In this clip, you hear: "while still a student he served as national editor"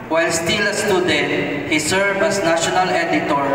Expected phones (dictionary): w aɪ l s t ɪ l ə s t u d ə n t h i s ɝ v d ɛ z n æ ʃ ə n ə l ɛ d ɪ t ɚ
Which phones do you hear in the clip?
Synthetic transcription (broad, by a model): w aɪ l s t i l ə s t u d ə n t h i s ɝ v ʌ s n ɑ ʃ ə n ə l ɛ d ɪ t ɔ